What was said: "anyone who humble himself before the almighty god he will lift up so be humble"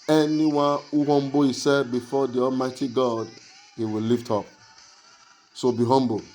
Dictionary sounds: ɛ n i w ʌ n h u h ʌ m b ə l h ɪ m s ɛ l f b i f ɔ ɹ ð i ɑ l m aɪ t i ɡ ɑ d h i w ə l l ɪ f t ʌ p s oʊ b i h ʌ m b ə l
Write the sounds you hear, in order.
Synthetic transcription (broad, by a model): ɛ n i w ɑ n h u h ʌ m b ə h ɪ s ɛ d b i f ɔ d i ɑ l m aɪ t i ɡ ɑ d h i w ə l l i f t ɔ p s oʊ b i h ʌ m b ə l